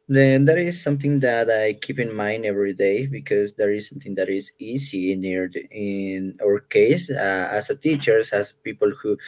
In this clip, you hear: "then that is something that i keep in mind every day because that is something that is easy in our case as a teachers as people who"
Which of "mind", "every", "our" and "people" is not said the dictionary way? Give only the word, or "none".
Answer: none